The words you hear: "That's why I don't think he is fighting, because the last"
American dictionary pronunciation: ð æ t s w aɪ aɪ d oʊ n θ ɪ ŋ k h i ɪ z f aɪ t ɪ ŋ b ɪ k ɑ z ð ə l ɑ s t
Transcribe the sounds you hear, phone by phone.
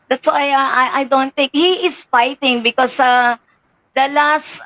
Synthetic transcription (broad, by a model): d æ t s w aɪ aɪ d oʊ n t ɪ ŋ k h i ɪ s f aɪ t ɪ ŋ b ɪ k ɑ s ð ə l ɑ s t